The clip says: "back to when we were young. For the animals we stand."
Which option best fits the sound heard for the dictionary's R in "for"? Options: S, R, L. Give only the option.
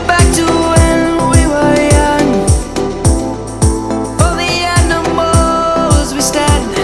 L